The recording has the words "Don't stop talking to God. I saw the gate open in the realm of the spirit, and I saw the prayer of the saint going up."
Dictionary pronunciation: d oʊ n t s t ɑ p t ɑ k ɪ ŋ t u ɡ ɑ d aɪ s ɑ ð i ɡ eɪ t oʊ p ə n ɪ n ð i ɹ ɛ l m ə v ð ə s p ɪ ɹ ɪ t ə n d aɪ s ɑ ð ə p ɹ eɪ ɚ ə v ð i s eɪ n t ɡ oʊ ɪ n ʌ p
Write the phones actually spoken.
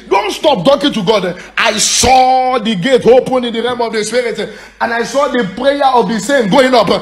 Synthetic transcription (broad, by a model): d oʊ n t s t ɑ p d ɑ k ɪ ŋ t u ɡ ɑ d aɪ s ɑ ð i ɡ eɪ t oʊ p ə n ɪ n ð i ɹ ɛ m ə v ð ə s p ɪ ɹ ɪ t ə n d aɪ s ɑ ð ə p ɹ eɪ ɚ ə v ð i s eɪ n ɡ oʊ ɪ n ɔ p